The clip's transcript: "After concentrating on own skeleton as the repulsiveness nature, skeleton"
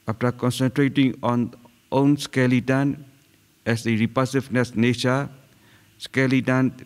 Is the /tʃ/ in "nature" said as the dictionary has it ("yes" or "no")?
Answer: no